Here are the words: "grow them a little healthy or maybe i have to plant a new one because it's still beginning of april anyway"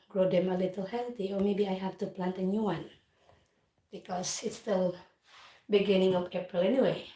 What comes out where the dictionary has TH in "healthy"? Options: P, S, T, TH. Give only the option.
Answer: T